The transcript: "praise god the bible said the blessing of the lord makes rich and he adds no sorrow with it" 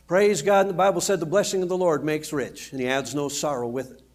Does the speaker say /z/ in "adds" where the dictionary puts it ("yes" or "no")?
yes